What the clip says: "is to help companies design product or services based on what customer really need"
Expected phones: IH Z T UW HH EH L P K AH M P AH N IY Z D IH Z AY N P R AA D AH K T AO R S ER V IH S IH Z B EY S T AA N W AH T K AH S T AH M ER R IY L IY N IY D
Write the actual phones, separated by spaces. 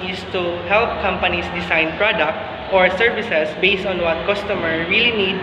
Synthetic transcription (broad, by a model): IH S T UW HH EH L P K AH M P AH N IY S D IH S AY N P R AA D AH K T AO R S ER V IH S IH S B EY S T AA N W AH T K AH S T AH M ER R IY L IY N IY D